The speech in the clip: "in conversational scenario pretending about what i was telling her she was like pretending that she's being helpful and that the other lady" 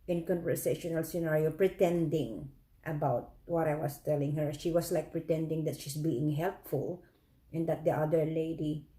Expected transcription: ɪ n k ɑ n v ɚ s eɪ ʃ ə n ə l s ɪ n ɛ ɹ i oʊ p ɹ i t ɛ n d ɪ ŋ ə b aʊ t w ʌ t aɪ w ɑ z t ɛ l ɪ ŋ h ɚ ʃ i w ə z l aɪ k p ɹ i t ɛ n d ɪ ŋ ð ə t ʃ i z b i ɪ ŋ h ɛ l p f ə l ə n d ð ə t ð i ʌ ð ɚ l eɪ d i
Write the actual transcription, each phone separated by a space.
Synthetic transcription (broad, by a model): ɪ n k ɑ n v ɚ s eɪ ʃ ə n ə l s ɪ n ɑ ɹ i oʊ p ɹ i t ɛ n d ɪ ŋ ə b aʊ t w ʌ t aɪ w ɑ s t ɛ l ɪ ŋ h ɚ ʃ i w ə s l aɪ k p ɹ i t ɛ n d ɪ ŋ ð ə t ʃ i s b i ɪ ŋ h ɛ l p f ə l ə n d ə t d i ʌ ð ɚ l eɪ d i